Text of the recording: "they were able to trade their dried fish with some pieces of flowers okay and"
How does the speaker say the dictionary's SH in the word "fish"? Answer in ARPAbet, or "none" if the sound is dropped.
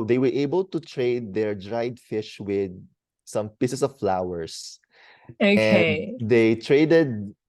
SH